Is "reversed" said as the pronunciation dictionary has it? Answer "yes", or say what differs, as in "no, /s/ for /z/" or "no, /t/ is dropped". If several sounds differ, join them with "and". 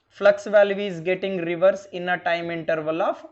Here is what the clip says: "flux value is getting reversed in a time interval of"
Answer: no, /t/ is dropped